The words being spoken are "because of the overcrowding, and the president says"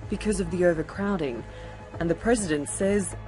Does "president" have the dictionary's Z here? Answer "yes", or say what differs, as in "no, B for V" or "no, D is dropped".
yes